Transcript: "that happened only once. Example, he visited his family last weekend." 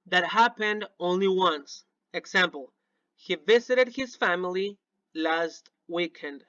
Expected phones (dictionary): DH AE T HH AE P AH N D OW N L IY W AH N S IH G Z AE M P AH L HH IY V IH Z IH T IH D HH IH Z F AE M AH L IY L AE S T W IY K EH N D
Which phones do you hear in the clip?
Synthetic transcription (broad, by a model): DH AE T HH AE P AH N D OW N L IY W AH N S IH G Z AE M P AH L HH IY V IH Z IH T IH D HH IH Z F AE M AH L IY L AE S T W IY K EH N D